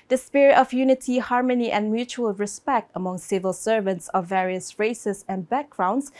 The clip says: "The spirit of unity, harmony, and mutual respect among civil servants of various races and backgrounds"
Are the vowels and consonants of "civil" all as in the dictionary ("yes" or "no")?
yes